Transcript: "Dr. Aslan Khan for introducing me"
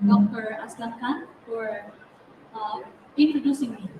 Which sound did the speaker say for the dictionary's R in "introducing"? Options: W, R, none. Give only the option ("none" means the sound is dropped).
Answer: none